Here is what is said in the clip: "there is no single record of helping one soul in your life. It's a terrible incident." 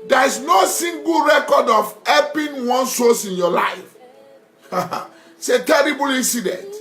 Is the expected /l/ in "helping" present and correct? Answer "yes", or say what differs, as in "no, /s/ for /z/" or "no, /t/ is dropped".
no, /l/ is dropped